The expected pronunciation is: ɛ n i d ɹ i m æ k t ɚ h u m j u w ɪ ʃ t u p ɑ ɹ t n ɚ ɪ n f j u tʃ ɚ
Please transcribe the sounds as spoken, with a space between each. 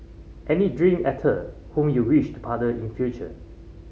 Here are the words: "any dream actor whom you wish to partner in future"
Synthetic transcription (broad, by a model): ɛ n i d ɹ i m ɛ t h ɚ h u m j u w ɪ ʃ t u p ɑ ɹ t ɚ ɪ n f j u tʃ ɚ